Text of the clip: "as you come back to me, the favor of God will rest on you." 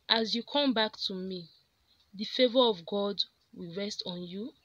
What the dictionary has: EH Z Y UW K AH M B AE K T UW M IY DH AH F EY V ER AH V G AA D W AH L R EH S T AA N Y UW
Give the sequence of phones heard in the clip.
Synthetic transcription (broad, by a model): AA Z Y UW K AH M B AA K T UW M IY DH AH F EY V ER AH V G AA D W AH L R EH S T AA N Y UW